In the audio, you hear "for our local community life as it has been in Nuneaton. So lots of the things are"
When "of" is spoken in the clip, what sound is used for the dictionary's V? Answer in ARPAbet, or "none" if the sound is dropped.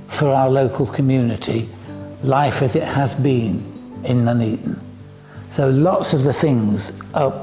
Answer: V